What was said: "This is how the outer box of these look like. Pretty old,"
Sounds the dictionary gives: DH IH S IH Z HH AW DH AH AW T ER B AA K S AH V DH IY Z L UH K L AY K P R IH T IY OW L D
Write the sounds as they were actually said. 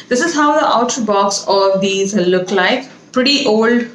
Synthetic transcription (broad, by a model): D IH S IH Z HH AW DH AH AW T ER B AA K S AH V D IY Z L UH K L AY K P R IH T IY OW L D